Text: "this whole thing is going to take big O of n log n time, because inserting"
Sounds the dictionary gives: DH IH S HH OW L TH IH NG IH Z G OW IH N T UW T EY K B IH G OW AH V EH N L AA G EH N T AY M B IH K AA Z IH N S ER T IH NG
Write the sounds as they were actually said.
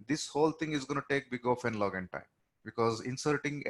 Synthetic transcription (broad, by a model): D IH S HH OW L T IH NG IH Z G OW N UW T EY K B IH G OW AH F EH N L AA G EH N T AY M B IH K AA Z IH N S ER T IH NG